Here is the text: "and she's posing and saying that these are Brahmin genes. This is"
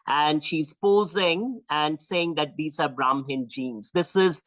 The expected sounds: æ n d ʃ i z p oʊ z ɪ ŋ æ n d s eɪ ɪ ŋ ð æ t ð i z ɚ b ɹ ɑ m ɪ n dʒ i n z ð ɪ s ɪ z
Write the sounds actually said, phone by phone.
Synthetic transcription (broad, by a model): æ n d ʃ i z p oʊ z ɪ ŋ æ n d s eɪ ɪ ŋ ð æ t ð i z ɚ b ɹ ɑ m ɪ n dʒ i n z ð ɪ s ɪ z